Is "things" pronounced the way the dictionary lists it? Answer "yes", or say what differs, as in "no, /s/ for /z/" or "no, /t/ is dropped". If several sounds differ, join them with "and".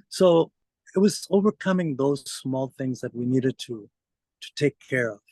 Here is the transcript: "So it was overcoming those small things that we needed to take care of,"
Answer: yes